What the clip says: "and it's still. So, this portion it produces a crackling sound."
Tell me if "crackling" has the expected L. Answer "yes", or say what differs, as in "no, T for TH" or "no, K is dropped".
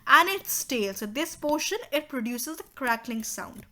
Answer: yes